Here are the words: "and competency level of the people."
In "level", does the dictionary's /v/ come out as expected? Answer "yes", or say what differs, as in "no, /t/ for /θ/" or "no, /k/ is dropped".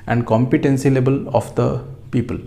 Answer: no, /b/ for /v/